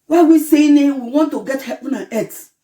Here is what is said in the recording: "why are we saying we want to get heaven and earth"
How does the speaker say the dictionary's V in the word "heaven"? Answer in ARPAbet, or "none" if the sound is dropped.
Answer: P